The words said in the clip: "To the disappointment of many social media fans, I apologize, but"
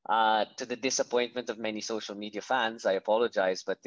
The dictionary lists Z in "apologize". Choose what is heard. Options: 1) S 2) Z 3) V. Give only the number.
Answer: 2